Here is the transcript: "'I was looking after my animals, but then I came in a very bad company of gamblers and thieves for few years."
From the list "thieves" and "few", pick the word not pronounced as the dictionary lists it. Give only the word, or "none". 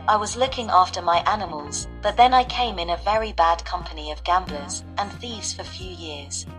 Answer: none